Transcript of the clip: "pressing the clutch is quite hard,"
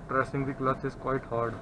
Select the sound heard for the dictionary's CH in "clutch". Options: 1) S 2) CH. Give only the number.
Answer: 1